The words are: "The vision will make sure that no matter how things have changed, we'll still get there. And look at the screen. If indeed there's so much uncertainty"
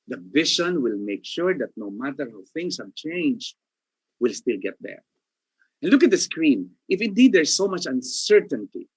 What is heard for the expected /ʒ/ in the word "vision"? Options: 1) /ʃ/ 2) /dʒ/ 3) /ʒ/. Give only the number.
1